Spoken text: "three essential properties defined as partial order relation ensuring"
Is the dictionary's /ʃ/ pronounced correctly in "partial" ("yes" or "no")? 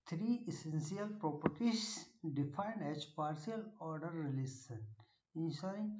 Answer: no